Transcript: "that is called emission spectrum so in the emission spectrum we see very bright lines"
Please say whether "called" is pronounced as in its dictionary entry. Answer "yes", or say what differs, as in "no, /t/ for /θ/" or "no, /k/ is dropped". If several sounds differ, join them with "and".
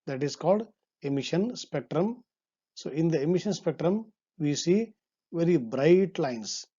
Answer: yes